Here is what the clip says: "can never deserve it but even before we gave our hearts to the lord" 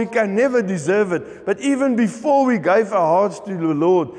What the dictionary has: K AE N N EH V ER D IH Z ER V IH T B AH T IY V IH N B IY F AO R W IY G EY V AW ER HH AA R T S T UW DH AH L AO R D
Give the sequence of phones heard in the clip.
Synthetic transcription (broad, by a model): K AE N N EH V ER D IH Z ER V IH T B AH T IY V IH N B IY F AO R W IY G EY V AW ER HH AA R T S T UW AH L AO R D